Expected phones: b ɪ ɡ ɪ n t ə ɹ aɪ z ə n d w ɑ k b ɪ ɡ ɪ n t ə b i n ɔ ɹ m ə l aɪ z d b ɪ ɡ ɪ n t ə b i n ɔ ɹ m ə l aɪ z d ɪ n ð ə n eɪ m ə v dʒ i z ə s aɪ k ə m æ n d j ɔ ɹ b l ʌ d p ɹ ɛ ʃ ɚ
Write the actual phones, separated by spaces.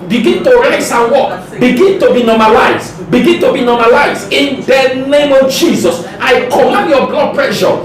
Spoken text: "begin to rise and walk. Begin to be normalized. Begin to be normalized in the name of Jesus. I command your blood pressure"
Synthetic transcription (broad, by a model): b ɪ ɡ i n t ə ɹ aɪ s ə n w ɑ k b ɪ ɡ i n t ə b i n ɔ m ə l aɪ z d b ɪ ɡ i n t ə b i n ɔ m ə l aɪ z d ɪ n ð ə n eɪ m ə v dʒ i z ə s aɪ k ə m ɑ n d j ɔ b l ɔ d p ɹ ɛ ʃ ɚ